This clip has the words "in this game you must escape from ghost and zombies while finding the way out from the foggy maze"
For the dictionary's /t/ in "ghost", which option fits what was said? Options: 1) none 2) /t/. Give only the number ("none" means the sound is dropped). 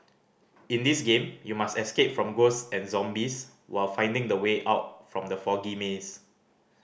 1